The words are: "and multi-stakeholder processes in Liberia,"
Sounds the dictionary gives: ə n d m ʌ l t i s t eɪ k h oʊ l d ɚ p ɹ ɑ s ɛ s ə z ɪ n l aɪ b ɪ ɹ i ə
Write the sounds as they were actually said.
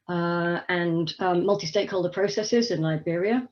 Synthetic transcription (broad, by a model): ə n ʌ m ʌ l t i s t eɪ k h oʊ l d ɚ p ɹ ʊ s ɛ s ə z ɪ n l aɪ b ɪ ɹ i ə